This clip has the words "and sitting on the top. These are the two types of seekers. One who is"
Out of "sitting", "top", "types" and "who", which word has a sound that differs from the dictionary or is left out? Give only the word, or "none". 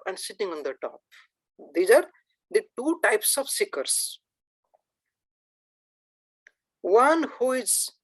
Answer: none